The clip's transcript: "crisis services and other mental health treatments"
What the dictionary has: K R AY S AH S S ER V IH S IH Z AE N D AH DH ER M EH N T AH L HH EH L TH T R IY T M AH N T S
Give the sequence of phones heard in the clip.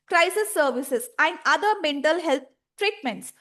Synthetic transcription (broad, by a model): K R AY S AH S S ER V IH S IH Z AE N D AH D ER M EH N T AH L HH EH L T T R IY T M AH N T S